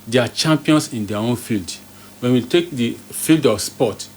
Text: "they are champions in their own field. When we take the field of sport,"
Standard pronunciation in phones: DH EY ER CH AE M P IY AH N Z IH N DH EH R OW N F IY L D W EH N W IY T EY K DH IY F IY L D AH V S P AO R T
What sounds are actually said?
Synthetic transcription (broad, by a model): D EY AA CH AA M P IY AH N S IH N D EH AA OW N F IY L D W EH N W IY T EY K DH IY F IY L D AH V S P AO T